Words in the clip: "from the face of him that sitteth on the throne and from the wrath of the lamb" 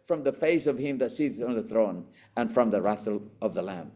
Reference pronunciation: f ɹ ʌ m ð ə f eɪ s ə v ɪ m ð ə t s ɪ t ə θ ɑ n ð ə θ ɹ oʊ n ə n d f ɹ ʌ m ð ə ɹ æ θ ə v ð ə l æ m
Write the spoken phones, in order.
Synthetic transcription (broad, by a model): f ɹ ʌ m ð ə f eɪ s ə v ɪ m ð ə t s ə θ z n ð ə θ ɹ oʊ n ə n f ɹ ʌ m ð ə ɹ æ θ ə v ð ə l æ m